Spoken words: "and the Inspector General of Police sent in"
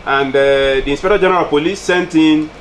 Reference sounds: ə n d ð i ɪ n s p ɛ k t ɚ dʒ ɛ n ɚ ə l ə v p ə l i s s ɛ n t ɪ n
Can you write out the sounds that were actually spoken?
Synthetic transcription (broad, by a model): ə n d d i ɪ n s p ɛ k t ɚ dʒ ɛ n ɚ ə l p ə l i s s ɛ n t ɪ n